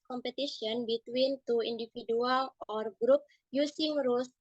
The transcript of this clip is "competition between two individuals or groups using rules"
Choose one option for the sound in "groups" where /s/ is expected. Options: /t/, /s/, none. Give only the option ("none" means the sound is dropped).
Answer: none